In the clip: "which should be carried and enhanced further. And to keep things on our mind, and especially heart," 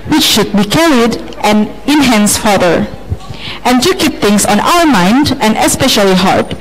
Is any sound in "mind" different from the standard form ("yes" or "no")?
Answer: no